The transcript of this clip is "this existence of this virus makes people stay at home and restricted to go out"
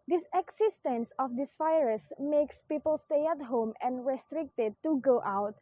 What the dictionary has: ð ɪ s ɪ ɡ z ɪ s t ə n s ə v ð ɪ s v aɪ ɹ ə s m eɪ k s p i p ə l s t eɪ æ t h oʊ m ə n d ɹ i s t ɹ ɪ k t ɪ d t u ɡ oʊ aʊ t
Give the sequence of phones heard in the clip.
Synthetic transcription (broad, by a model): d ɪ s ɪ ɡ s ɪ s t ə n s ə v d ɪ s f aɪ ɹ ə s m eɪ k s p i p ə l s t eɪ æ t h oʊ m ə n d ɹ i s t ɹ ɪ k t ɪ d t u ɡ oʊ aʊ t